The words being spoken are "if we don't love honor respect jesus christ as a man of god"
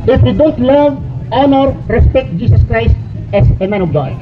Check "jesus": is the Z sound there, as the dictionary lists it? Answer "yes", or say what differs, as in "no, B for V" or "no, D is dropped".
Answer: no, S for Z